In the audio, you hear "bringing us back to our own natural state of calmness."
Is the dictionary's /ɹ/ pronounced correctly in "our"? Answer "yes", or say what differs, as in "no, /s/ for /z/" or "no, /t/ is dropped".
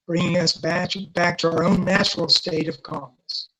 yes